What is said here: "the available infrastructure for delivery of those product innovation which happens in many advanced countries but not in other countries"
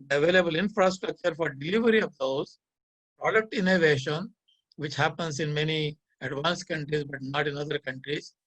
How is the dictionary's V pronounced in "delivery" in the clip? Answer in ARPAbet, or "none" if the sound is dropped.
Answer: V